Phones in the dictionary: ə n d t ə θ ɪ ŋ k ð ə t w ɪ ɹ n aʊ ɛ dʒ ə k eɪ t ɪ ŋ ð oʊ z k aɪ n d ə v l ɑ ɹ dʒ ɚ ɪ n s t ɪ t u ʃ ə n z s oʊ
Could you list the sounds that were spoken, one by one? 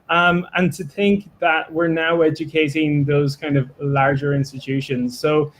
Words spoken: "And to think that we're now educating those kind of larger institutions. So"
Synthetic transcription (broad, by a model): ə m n t ə θ ɪ ŋ k ð ə t w ɪ ɹ n aʊ ɛ dʒ ə k eɪ t ɪ ŋ ð oʊ z k aɪ n d ə v l ɑ ɹ dʒ ɚ ɪ n s t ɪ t u ʃ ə n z s oʊ